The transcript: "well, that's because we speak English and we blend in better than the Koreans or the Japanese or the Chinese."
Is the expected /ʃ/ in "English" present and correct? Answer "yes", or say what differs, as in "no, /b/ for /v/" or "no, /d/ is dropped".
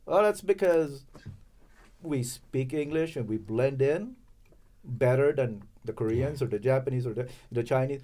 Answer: yes